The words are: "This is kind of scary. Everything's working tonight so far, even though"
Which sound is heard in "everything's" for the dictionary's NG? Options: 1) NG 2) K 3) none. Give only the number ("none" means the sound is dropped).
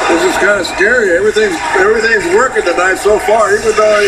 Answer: 1